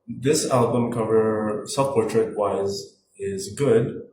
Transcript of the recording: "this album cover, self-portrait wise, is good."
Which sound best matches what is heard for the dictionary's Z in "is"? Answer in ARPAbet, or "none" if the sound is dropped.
Z